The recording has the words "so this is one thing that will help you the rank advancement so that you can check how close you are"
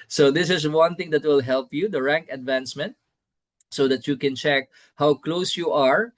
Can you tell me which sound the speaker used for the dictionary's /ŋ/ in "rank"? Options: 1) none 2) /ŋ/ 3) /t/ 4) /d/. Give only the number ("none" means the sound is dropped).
2